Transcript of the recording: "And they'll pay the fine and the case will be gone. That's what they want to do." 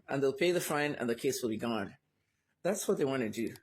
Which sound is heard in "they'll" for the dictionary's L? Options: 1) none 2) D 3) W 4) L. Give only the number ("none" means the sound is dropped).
4